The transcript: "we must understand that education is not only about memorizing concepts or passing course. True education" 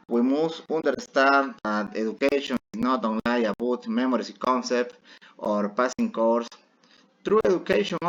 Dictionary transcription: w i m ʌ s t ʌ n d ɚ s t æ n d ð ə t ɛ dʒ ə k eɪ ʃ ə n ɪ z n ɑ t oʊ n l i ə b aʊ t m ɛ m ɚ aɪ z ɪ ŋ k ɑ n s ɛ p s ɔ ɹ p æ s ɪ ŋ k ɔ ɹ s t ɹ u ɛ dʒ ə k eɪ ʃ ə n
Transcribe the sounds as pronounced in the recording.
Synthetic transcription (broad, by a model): w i m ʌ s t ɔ n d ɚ s t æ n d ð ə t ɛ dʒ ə k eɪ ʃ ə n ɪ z n ɑ t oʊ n l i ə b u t m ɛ m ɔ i s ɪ k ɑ n s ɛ p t ɔ ɹ p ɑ s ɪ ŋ k ɔ ɹ s t ɹ u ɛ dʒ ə k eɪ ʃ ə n